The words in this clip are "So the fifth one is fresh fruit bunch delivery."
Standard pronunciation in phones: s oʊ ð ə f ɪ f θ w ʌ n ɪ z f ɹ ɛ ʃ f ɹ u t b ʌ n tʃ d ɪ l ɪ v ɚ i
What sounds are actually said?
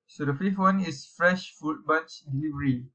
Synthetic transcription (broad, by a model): s oʊ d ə f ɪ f t w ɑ n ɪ s f ɹ ɛ ʃ f u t b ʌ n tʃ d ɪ l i v ɚ i